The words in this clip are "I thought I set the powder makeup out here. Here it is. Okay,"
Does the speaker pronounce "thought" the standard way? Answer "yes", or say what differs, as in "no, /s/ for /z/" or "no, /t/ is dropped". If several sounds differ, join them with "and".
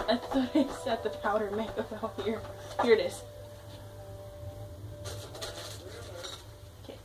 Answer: no, /s/ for /θ/